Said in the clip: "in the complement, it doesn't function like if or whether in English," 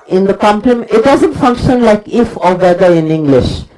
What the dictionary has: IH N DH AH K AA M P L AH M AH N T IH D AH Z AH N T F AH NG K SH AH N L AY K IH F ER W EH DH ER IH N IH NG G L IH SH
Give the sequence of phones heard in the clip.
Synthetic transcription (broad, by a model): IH N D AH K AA M P L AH M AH T D AH Z AH N T F AH NG K SH AH N L AY K IH F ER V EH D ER IH N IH NG G L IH SH